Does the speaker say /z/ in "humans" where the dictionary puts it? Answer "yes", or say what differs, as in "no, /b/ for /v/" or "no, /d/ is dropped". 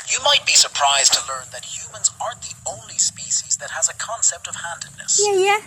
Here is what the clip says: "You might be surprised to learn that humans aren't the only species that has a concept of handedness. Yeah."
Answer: yes